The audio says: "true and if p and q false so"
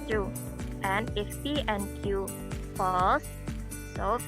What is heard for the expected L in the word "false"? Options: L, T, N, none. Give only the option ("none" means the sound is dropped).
none